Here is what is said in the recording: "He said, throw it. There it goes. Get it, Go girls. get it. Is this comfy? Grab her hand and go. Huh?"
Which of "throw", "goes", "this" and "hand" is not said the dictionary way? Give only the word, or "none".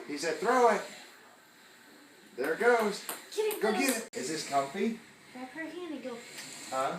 hand